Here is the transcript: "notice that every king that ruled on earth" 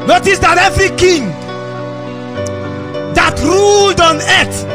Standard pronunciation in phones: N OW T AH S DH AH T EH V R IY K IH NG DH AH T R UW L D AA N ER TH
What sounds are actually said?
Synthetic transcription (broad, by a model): N OW T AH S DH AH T EH V R IY K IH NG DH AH T R UW L D AA N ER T